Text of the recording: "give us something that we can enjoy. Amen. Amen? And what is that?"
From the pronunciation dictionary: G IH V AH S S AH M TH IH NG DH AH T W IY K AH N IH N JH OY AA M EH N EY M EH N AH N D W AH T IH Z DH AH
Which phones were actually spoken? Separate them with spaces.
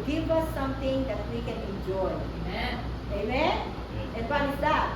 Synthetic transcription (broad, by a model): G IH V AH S S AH M T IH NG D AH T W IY K AH N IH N JH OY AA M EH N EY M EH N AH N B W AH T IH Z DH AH